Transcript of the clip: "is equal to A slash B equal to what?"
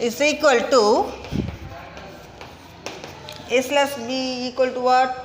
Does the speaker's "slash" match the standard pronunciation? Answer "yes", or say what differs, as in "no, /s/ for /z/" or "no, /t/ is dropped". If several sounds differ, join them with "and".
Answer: no, /s/ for /ʃ/